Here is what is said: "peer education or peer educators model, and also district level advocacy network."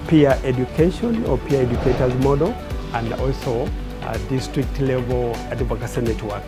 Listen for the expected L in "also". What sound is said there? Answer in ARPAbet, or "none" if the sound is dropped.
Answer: L